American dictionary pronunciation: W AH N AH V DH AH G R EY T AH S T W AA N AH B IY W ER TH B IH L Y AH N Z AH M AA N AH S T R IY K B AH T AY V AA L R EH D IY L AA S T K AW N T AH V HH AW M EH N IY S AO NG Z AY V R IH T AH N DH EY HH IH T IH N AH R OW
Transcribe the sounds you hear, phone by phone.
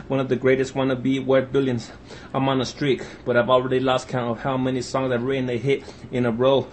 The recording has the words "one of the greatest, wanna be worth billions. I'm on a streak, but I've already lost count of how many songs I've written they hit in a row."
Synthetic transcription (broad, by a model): W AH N AH V DH AH G R EY T AH S T W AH N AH B IY W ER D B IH L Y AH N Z AH M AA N AH S T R IY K B AH T AY V AA L R EH D IY L AA S T K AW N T AH V HH AW M EH N IY S AO NG Z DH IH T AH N DH EY HH IH T IH N AH R OW